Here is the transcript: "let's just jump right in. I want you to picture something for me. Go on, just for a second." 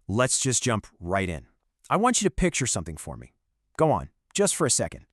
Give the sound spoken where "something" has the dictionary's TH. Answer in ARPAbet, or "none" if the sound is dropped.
TH